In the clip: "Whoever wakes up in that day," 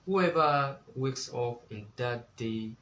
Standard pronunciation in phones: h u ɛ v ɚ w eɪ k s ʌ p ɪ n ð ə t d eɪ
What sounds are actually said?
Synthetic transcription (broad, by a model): h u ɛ v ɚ w eɪ k s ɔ f ɪ n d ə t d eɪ